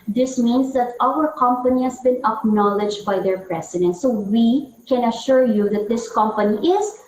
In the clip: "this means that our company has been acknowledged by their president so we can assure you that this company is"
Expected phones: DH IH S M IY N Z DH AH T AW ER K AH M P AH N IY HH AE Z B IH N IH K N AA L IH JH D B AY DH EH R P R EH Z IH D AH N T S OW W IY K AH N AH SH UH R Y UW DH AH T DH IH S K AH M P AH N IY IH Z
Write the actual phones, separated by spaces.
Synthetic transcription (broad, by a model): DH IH S M IY N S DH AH T AW ER K AH M P AH N IY HH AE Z B IH N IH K N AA L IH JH B AY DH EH R P R EH S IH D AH N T S OW W IY K AH N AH SH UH R Y UW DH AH T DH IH S K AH M P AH N IY IH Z